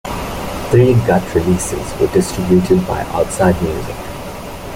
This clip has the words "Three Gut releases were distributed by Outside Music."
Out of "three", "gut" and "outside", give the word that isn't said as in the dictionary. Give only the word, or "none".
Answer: three